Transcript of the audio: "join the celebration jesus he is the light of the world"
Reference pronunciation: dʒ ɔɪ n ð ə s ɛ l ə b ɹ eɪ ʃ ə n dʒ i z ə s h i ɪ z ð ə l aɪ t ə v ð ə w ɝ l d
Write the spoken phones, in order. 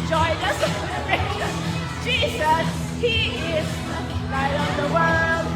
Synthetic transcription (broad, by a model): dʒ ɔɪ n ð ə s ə ɹ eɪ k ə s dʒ i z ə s h i ɪ z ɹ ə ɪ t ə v ð ə w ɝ l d